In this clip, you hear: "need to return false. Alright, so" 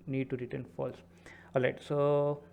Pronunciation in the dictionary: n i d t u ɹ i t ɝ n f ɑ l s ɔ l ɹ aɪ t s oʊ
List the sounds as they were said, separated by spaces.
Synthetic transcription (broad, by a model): n i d t u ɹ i t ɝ n f ɑ l s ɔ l aɪ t s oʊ